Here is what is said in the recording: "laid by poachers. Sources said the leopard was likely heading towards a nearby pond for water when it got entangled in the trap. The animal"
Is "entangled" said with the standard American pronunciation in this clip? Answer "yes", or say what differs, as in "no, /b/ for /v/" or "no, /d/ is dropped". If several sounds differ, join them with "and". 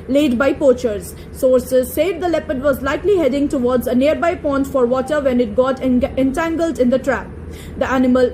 yes